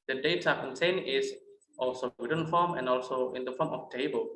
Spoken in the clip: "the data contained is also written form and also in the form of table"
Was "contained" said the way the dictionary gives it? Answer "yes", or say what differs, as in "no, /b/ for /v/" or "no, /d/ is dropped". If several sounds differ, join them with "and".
no, /d/ is dropped